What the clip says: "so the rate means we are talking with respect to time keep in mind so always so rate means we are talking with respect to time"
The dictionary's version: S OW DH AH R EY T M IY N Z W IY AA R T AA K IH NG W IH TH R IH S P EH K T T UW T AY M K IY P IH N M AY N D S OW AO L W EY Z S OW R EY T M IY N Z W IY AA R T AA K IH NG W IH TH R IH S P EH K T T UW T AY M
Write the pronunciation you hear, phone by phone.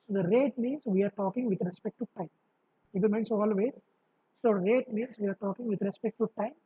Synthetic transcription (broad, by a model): S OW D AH R EY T M IY N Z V IY AA R T AA K IH NG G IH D R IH S P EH K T T UW T AY M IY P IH L M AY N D S OW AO L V EY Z S OW R EY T M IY N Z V IY AA R T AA K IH NG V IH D R IH S P EH K T T UW T AY M